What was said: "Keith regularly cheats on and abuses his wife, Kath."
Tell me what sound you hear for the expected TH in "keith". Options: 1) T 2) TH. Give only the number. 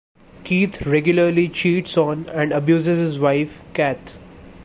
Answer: 1